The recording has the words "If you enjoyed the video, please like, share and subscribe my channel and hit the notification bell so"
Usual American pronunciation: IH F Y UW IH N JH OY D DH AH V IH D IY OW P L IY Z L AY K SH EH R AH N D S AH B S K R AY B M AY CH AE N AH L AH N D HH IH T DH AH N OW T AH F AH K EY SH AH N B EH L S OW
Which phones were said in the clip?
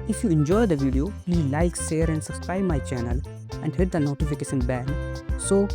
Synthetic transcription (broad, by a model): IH F Y UW IH N JH OY D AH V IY D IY OW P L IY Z L AY K S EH R AH N D S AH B S K R AY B M AY CH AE N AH L AH N D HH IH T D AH N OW T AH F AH K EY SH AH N B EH N S OW